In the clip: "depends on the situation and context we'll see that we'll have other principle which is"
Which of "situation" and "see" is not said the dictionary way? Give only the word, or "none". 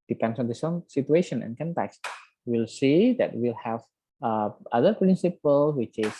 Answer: situation